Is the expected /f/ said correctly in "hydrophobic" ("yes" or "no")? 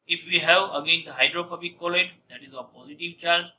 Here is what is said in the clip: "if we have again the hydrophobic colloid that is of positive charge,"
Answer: no